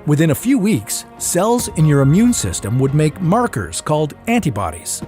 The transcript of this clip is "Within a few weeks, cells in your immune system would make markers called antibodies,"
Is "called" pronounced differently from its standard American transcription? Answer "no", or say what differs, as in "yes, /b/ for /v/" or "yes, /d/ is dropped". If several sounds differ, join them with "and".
no